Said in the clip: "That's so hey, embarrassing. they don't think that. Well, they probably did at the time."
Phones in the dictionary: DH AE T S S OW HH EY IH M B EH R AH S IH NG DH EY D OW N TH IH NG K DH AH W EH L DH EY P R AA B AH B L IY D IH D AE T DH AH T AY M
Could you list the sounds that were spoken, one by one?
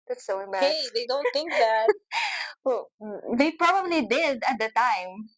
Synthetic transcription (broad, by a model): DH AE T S S OW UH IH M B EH AH IH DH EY D OW N TH IH NG K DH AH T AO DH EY P R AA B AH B L IY D IH D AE T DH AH T AY M